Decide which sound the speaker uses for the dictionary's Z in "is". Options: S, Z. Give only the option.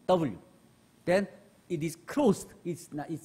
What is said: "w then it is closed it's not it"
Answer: S